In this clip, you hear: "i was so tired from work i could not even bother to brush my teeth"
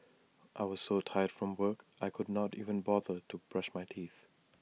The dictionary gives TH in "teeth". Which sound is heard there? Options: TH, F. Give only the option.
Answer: TH